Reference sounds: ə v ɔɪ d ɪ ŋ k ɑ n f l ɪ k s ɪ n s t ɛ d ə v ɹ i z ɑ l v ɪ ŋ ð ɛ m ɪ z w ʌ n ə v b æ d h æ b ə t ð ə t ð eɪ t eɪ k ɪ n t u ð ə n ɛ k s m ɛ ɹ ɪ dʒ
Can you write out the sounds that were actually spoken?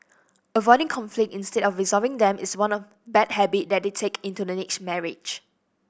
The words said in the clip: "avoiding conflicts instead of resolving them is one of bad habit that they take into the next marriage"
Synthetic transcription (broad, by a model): ə v ɔɪ d ɪ ŋ k ɑ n f l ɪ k ɪ n s t ɛ d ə f ɹ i z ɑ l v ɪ ŋ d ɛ m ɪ s w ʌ n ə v b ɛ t h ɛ b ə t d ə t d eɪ t eɪ k ɪ n t u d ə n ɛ k s m ɛ ɹ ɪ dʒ